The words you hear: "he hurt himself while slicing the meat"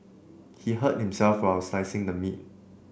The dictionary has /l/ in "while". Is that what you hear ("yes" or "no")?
no